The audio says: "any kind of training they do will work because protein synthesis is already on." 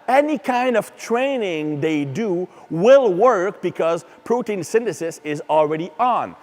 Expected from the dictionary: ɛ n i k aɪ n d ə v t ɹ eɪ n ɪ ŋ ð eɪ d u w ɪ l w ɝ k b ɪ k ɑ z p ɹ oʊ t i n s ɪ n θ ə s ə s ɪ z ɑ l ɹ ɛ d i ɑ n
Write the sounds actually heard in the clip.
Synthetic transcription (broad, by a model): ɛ n i k aɪ n d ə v t ɹ eɪ n ɪ ŋ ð eɪ d u w ɪ l w ɝ k b ɪ k ɑ z p ɹ oʊ t i n s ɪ n t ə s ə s ɪ z ɑ l ɹ ɛ d i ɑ n